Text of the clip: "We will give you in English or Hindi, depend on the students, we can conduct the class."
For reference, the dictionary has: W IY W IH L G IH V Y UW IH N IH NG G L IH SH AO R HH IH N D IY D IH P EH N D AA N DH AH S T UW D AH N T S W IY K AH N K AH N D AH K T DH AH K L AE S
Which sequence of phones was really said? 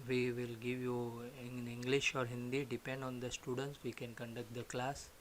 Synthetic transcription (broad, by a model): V IY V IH L G IH V Y UW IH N IH NG G L IH SH AO R HH IH N D IY D IH P EH N D AA N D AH S T UW D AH N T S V IY K AH N K AH N D AH K T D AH K L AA S